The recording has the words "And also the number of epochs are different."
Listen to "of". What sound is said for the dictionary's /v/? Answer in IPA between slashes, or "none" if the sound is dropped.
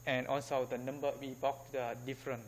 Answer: /w/